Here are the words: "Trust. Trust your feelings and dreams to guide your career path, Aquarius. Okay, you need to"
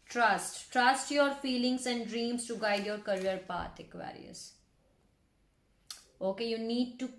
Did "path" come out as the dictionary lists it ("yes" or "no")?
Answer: no